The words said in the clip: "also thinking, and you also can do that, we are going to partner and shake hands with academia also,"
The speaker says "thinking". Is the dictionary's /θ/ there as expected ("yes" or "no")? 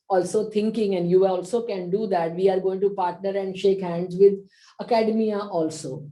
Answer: no